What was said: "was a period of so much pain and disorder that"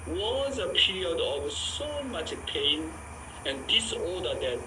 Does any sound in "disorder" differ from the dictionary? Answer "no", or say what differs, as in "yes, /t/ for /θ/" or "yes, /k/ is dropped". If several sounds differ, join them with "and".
yes, /l/ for /ɹ/